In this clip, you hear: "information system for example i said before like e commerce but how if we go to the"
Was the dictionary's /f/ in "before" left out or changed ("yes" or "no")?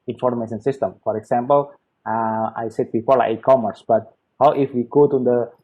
yes